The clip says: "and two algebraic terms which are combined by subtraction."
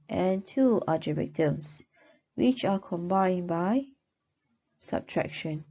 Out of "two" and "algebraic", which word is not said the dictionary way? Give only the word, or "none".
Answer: algebraic